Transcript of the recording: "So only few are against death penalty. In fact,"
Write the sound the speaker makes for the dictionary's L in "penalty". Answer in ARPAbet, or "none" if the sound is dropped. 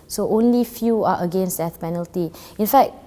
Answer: L